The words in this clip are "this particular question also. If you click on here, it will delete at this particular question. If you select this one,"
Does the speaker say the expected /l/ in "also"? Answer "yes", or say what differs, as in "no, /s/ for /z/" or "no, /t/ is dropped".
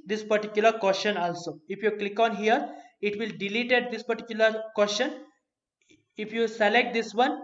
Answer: yes